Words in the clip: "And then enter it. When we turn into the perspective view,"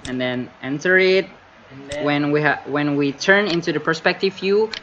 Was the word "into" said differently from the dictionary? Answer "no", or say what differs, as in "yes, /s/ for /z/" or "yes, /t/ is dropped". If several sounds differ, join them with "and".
no